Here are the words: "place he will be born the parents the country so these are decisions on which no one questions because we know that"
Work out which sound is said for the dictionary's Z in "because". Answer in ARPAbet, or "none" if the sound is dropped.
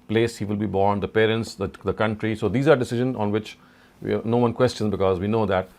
Z